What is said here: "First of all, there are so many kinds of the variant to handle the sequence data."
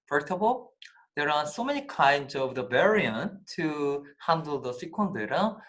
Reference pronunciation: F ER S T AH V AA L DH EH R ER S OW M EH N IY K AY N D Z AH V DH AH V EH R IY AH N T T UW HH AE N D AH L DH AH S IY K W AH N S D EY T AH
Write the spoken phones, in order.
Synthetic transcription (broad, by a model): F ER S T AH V AA L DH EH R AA S OW M EH N IY K AY N D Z AH V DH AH B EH R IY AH N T T UW HH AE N D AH L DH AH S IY K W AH N D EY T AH